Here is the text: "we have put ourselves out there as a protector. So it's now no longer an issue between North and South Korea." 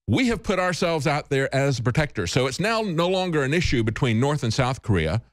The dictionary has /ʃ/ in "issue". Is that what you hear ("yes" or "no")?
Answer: yes